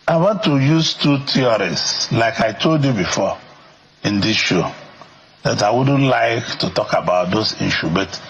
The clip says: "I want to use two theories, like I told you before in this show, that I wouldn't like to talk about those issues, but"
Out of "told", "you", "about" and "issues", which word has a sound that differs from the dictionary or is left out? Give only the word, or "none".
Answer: issues